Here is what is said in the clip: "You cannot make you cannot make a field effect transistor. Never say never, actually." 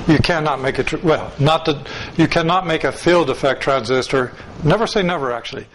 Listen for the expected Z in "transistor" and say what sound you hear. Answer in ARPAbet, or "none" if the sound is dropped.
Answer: Z